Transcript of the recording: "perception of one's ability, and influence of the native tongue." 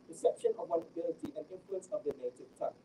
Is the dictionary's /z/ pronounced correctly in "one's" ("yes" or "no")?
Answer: no